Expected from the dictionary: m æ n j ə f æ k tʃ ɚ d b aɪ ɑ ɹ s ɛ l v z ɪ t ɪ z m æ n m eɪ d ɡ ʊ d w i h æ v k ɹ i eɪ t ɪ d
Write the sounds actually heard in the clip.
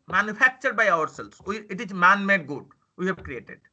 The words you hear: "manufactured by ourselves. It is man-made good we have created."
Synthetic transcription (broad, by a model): m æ n j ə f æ k tʃ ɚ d b aɪ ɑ ɹ s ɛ l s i ɪ t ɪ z m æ n m eɪ d ɡ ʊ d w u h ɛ b k ɹ i eɪ t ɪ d